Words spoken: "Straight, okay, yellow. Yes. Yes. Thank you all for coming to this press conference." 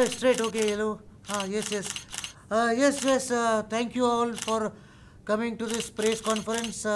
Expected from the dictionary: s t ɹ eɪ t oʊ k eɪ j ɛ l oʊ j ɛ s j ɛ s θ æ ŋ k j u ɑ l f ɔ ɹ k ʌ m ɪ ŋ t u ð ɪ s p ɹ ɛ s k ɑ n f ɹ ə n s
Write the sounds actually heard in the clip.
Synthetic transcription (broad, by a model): s t ɹ eɪ t oʊ k eɪ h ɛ l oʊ j ɛ s j ɛ s t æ ŋ k j u ɑ l f ɔ ɹ k ʌ m ɪ ŋ t u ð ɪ s p ɹ ɛ s k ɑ n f ɹ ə n s